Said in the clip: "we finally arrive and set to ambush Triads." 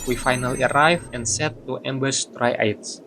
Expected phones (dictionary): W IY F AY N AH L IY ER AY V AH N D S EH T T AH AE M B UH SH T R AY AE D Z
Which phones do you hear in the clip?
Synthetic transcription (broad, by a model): W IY F AY N AH L IY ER AY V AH N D S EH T T AH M B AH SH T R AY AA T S